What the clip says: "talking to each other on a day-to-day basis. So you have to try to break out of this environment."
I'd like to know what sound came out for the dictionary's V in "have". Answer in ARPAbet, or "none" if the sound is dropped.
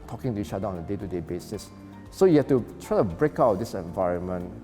F